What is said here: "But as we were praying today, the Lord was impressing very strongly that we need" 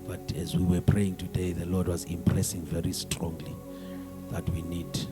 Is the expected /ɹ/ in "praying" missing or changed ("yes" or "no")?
no